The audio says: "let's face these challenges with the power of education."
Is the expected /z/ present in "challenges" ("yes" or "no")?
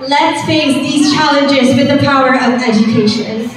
yes